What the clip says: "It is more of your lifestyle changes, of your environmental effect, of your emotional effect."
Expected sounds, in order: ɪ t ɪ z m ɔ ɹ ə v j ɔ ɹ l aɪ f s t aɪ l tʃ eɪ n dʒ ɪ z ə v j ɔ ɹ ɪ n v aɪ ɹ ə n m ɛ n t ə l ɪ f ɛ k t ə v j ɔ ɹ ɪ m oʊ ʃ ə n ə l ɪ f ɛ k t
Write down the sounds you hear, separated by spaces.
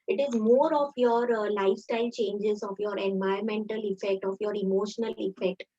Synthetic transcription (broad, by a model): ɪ t ɪ z m ɔ ɹ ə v j ɔ ɹ l aɪ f s t aɪ l tʃ eɪ n dʒ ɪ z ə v j ɔ ɹ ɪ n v aɪ ə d m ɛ n t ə l ɪ f ɛ k t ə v j ɔ ɹ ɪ m oʊ ʃ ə n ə l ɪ f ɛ k t